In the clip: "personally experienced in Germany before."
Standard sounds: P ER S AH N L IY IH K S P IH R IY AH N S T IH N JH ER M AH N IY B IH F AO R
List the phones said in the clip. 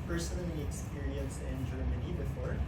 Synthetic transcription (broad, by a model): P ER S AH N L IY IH K S P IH R IY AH N S IH N JH ER M AH N IY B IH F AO R